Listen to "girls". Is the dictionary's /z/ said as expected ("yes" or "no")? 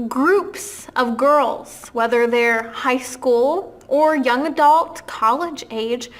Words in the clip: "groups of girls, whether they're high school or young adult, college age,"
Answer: yes